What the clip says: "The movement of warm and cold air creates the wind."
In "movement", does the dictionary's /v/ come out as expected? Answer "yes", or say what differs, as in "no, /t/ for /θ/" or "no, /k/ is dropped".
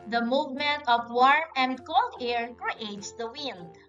yes